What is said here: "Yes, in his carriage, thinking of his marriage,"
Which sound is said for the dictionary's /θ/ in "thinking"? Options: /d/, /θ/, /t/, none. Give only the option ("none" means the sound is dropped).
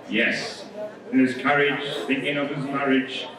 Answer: /θ/